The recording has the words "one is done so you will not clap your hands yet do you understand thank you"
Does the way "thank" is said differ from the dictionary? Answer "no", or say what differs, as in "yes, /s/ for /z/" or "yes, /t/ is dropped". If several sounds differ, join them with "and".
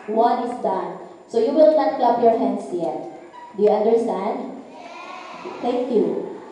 yes, /t/ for /θ/